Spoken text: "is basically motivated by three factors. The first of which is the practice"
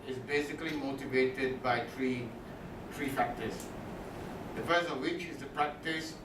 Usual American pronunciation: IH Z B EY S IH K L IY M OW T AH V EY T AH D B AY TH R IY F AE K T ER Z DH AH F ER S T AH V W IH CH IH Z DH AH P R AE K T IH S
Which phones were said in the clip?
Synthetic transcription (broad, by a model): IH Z B EY S IH K L IY M OW T AH V EY T AH D B AY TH R IY F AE K T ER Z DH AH P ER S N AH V W IH CH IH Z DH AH P R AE K T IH S